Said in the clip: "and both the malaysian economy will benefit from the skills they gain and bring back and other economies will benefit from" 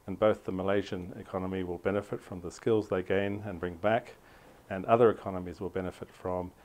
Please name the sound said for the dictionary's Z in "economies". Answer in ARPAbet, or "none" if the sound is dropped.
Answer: Z